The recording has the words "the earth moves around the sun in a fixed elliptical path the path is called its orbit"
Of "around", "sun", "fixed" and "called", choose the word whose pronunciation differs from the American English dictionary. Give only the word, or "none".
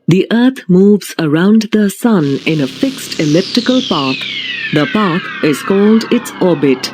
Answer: none